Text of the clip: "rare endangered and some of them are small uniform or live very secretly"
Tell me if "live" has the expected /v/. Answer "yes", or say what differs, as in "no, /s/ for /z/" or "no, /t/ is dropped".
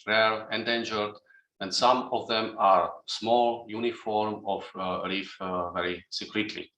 no, /f/ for /v/